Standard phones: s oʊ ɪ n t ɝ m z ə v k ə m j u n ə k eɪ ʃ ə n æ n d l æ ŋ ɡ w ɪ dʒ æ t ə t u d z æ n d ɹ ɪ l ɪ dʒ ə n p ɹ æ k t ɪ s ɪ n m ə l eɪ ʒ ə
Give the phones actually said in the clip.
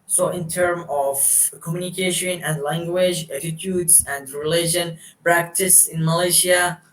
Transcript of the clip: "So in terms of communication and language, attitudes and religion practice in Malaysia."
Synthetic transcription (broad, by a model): s oʊ ɪ n t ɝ m ə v k ə m j u n ə k eɪ ʃ ə n æ n d l æ ŋ ɡ w ɪ dʒ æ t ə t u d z æ n d ɹ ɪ l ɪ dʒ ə n p ɹ æ k t ɪ s ɪ n m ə l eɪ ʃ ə